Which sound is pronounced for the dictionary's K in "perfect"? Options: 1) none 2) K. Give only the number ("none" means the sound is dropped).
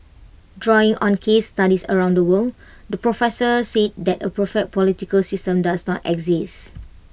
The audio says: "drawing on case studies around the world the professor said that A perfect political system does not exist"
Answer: 1